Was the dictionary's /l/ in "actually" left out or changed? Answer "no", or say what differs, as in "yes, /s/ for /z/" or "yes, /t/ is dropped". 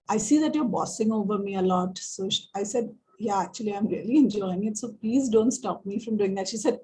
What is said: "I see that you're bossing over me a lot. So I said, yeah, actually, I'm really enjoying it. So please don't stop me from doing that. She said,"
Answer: no